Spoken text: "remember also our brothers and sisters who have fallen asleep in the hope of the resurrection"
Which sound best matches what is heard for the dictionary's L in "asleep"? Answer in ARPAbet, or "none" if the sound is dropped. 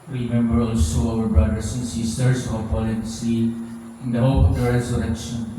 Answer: none